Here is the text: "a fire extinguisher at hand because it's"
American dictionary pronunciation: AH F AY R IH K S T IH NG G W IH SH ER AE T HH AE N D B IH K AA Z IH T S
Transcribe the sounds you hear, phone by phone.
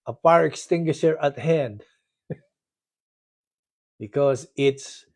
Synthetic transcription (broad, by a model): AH P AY R IH K S T IH NG G W IH SH ER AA T HH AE N D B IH K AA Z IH T S